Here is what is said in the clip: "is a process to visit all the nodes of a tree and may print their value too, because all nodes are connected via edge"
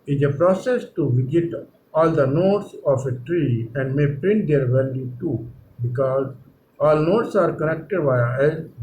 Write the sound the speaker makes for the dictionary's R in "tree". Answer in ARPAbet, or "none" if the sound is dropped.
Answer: R